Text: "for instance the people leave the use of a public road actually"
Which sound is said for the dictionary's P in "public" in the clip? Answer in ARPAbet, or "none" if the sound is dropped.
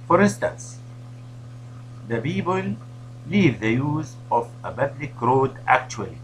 B